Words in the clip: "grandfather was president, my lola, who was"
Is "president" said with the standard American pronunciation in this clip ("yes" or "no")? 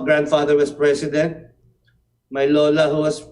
no